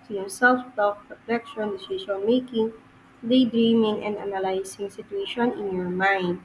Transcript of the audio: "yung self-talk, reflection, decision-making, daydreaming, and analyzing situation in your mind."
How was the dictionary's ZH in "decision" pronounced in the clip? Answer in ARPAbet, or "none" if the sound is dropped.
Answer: SH